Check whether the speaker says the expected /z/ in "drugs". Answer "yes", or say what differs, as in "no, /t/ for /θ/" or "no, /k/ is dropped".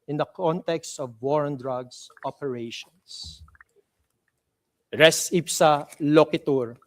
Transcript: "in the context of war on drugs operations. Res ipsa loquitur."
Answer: no, /s/ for /z/